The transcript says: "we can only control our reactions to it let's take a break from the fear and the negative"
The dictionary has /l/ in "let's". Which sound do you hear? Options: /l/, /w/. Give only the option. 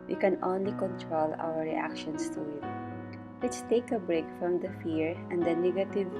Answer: /w/